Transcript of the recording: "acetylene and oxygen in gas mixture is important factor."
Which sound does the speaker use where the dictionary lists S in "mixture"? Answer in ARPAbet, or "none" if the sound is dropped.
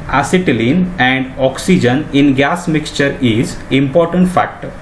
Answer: S